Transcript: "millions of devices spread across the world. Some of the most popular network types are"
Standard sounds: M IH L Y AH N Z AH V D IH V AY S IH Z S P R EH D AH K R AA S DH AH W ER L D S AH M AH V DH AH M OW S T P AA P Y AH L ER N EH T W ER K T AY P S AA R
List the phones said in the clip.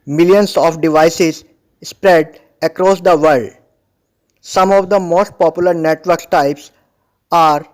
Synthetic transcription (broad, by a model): M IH L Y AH N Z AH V D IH V AY S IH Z S P R EH D AH K R AA S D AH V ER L D S AH M AH V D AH M OW S T P AA P Y AH L ER N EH T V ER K T AY P S AA R